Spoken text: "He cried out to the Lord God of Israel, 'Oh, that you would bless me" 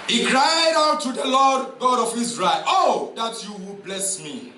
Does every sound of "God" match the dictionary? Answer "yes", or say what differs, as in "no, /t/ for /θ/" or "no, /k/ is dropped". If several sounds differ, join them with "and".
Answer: yes